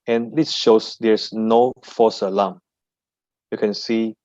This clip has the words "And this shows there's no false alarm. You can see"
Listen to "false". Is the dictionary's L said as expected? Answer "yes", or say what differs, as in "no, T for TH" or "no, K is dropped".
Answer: no, L is dropped